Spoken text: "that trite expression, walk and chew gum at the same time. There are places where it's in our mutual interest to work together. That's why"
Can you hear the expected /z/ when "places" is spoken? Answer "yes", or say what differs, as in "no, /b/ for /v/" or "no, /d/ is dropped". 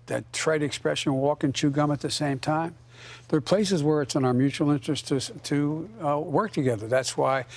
yes